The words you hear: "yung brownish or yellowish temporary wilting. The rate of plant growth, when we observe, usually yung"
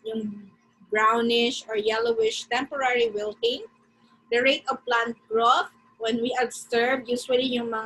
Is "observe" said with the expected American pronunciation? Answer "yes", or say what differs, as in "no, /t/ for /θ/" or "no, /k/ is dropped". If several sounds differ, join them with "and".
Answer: no, /s/ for /z/